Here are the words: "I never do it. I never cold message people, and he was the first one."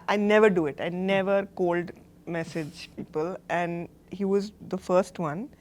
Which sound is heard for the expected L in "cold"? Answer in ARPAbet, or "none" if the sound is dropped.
L